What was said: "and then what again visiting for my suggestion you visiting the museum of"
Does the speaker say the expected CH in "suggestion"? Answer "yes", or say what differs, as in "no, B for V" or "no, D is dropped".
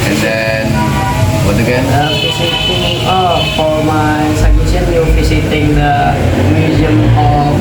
no, CH is dropped